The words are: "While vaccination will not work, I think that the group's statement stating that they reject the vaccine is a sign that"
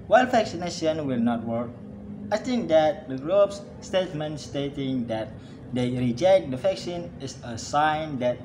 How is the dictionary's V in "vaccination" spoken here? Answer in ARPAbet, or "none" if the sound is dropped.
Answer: F